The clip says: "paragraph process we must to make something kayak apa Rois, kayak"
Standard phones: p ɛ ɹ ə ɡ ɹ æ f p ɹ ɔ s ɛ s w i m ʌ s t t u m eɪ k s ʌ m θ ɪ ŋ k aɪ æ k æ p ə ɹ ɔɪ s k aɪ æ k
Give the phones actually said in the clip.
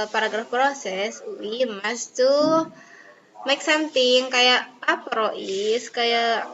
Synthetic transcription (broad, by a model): p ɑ ɹ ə ɡ ɹ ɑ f p ɹ ɔ s ɛ s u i m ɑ s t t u m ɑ k s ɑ m t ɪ ŋ k aɪ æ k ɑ p ɹ ɔɪ s k aɪ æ